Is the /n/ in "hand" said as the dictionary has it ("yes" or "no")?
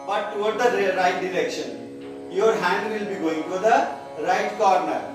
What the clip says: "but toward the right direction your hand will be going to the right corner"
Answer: yes